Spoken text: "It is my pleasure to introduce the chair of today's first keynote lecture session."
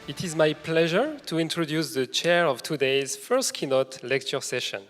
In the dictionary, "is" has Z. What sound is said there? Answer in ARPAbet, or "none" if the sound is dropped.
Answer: Z